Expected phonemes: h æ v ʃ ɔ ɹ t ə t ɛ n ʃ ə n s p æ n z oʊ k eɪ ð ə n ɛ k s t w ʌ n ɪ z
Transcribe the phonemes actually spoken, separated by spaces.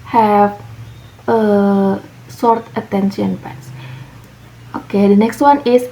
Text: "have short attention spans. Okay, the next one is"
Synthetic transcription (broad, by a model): h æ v s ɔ ɹ t ə t ɛ n ʃ ə n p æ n s oʊ k eɪ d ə n ɛ k s t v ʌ n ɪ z